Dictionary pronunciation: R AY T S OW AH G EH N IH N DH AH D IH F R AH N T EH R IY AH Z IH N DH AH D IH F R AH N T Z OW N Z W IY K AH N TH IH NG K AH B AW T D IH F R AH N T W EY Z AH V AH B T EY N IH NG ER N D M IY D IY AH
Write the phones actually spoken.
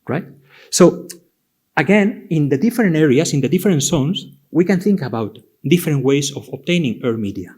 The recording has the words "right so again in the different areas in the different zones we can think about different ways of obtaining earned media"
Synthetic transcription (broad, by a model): R AY T S OW AH G EH N IH N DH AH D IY F R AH N T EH R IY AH S IH N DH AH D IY F R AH N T S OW N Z W IY K AH N TH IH NG K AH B AW T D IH F R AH N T W EY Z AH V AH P T EY N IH NG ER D M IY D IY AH